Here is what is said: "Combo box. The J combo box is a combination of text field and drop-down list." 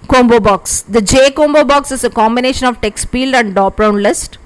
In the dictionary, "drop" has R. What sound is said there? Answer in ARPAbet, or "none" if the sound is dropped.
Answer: none